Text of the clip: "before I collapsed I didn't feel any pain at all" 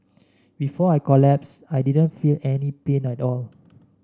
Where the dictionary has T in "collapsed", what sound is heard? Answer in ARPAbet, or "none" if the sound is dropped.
none